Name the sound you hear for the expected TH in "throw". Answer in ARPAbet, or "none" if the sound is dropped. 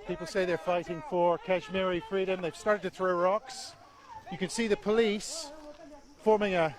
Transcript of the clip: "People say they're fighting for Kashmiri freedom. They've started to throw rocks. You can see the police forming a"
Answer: TH